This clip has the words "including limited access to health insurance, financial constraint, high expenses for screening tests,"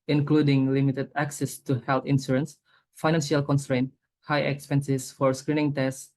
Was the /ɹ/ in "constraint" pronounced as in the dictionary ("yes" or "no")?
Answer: yes